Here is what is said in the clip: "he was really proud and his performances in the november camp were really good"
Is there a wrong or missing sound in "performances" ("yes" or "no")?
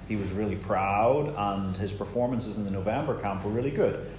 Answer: no